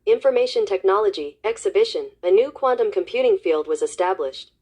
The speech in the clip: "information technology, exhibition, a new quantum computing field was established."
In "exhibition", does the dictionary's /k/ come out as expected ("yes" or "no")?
yes